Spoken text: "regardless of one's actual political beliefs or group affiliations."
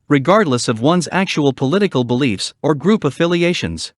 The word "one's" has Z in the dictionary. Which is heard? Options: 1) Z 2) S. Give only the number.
1